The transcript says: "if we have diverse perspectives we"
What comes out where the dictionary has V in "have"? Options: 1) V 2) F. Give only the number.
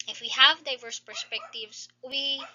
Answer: 1